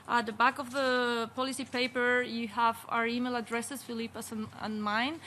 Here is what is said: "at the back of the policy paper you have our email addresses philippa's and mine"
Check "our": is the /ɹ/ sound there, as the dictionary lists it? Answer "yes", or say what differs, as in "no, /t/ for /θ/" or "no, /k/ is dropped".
yes